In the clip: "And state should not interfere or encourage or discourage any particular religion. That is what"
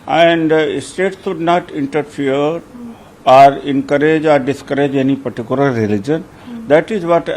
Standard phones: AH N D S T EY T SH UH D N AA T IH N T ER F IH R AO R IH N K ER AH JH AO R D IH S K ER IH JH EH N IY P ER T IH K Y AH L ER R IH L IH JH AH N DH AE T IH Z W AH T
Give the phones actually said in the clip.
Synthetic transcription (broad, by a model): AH N D S T EY T S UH D N AA T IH N T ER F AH R AO R IH N K ER AH JH AO R D IH S K ER IH JH EH N IY P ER T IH K Y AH L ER R IH L IH JH AH N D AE T IH Z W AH T